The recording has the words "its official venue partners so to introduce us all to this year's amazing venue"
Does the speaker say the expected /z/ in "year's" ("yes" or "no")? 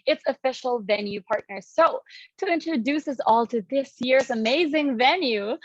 no